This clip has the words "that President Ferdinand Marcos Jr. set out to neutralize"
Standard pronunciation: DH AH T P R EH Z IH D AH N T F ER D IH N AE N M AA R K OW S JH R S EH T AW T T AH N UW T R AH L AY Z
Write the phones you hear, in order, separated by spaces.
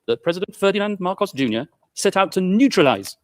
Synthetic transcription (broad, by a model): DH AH T P R EH Z IH D AH N T F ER D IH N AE N M AA R K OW S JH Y S EH T AW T T AH N UW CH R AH L AY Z